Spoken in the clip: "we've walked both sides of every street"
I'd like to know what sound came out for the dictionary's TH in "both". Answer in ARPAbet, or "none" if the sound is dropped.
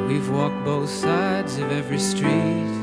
TH